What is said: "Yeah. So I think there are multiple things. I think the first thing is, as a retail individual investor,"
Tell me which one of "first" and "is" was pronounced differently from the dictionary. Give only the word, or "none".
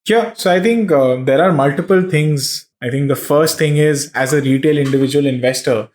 none